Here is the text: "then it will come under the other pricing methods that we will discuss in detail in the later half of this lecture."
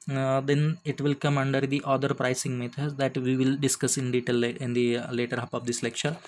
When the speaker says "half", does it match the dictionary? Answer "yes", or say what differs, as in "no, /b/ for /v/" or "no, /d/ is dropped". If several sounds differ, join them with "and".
no, /p/ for /f/